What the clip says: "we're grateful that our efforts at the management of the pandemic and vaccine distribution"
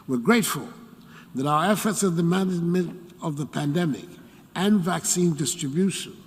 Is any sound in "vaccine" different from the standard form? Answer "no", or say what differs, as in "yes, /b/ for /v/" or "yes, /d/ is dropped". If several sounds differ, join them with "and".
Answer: no